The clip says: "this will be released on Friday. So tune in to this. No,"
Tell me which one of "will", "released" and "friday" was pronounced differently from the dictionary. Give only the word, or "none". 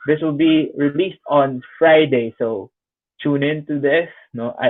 none